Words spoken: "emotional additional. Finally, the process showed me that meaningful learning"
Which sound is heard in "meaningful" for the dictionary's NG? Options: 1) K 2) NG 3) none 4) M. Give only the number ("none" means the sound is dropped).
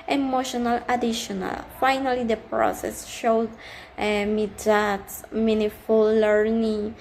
3